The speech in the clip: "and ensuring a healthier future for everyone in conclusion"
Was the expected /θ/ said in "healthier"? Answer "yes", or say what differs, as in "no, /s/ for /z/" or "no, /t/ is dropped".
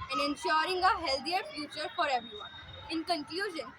no, /t/ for /θ/